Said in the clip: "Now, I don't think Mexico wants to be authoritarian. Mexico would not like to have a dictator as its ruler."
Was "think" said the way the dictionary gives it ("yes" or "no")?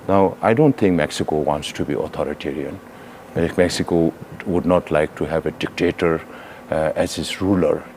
no